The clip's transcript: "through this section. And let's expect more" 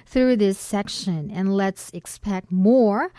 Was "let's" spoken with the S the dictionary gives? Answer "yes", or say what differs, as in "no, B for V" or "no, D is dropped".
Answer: yes